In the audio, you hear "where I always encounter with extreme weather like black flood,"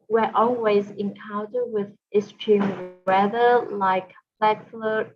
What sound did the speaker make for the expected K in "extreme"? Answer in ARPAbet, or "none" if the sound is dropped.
none